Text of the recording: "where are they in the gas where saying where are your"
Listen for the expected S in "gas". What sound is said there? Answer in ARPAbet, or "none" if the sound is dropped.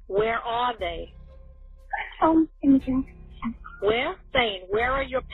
none